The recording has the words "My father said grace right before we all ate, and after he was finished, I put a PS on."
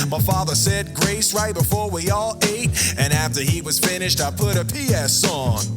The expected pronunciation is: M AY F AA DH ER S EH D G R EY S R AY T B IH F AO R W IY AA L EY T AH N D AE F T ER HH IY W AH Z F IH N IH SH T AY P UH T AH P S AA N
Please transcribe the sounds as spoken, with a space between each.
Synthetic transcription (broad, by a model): M AY F AA DH ER S EH D G R EY S R AY T B IH F AO R W IY AA L EY T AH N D AE F T ER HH IY W AH Z F IH N IH SH T AY P UH T AH P S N N